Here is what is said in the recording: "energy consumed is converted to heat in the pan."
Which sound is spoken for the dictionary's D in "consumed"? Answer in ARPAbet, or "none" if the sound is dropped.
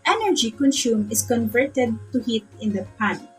none